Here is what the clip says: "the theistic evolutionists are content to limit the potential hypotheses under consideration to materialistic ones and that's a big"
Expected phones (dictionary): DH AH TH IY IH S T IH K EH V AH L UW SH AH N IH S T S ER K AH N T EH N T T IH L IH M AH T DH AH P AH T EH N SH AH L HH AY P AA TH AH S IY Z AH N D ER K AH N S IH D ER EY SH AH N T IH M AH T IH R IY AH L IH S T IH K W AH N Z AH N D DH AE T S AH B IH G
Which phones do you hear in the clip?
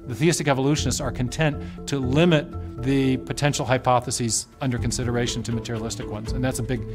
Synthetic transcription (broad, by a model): DH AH TH IY IH S T IH K EH V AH L UW SH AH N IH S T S ER K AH N T EH N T T IH L IH M AH T DH AH P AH T EH N SH L HH AY P AA TH AH S IY Z AH N D ER K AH N S IH D ER EY SH N T IH M AH T IH R IY AH L IH S T IH K W AH N Z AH N DH AE T S AH B IH G